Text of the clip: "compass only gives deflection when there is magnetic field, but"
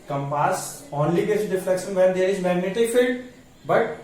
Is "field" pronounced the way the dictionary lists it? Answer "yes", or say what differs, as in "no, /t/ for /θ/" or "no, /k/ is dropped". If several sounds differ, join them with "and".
yes